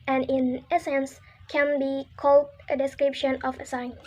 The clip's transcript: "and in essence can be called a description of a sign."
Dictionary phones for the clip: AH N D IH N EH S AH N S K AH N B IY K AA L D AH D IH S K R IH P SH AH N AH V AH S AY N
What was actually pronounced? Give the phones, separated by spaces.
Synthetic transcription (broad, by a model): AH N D IH N EH S AH N S K AH N B IY K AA L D AH D IH S K R IH P SH AH N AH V AH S AY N